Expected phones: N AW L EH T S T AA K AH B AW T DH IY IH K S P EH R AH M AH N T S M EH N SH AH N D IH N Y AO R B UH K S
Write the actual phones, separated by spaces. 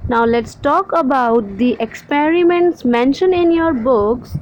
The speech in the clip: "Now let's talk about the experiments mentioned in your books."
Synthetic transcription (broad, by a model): N AW L EH T S T AA K AH B AW T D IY IH K S P EH R AH M AH N T S M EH N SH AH N IH N Y AO R B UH K S